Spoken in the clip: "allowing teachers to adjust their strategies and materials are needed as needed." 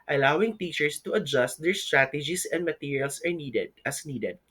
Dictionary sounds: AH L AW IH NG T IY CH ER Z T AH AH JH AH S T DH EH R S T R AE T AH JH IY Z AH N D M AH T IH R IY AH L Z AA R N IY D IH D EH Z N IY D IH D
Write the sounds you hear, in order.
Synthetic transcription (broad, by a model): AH L AW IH NG T IY CH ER S T AH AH JH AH S T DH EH R S T R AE T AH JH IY S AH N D M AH T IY R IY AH L S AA R N IY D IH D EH S N IY D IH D